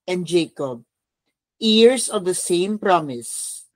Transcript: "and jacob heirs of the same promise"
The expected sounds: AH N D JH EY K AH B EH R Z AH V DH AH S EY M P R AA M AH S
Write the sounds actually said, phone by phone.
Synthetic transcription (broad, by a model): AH N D JH EY K AH B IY R S AH V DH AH S EY M P R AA M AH S